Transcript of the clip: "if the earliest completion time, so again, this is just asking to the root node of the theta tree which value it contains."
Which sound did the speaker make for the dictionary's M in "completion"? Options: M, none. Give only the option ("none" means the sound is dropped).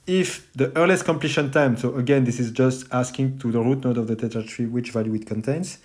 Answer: M